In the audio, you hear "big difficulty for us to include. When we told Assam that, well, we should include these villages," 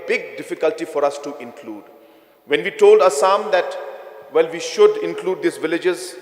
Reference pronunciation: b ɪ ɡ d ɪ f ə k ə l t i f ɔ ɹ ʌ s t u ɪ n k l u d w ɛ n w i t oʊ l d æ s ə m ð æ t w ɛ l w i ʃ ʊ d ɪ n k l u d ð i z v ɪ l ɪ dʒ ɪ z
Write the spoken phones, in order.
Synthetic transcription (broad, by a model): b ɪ ɡ d ɪ f ə k ə l t i f ɔ ɹ ʌ s t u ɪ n k l u d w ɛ n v i t oʊ l d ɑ s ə m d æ t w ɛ l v i ʃ ʊ d ɪ n k l u d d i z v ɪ l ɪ dʒ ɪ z